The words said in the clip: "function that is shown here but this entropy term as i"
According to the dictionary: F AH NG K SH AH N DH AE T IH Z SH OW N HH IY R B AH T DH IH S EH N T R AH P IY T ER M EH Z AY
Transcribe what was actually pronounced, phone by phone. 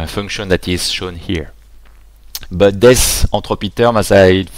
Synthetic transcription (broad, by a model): F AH NG K SH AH N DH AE T IH Z SH OW N HH IY R B AH T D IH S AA T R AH P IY T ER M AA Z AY